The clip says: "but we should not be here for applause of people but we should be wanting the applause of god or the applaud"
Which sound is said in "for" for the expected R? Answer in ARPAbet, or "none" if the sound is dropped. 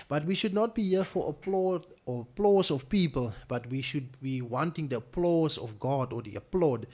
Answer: L